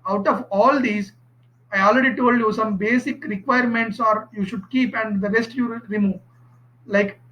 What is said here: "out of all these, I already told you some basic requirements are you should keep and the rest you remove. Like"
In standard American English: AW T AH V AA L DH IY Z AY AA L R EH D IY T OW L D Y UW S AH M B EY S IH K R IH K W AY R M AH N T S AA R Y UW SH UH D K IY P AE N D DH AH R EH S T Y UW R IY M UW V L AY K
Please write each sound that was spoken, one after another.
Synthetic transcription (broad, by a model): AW T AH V AA L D IY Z AY AA L R EH D IY T OW L D Y UW S AH M B EY S IH K R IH K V AY R M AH N T S AA R Y UW SH UH D K IY P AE N D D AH R EH S T Y UW R IY M UW V L AY K